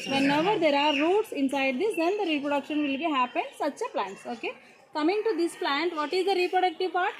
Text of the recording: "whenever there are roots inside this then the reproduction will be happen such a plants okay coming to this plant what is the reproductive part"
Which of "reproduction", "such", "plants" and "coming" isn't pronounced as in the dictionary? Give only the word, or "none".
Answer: none